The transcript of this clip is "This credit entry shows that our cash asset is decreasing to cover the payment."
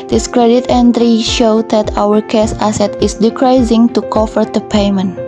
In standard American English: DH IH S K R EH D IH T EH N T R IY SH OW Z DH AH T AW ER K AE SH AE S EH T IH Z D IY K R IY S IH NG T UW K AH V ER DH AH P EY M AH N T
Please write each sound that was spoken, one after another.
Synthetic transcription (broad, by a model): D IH S K R EH D IH T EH N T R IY SH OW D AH T AW ER K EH S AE S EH T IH S D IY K R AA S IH NG T UW K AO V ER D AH P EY M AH N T